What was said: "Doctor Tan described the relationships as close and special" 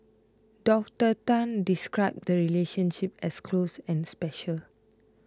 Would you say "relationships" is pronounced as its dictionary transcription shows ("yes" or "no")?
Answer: no